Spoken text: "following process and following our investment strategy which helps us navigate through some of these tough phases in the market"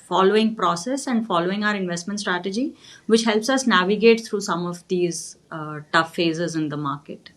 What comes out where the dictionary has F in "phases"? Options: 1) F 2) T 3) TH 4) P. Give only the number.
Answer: 1